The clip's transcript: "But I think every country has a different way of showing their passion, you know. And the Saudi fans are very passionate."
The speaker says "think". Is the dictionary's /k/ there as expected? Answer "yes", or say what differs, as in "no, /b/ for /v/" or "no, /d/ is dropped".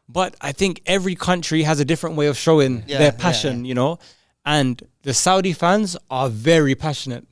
yes